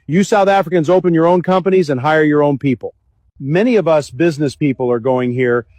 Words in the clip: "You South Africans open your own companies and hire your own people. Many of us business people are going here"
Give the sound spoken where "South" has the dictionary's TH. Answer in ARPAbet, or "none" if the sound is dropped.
TH